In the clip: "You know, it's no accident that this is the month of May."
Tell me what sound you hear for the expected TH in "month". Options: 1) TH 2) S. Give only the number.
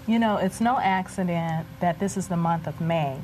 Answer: 1